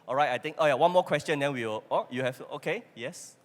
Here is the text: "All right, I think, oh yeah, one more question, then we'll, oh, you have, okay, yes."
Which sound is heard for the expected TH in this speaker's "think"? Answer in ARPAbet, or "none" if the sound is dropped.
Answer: T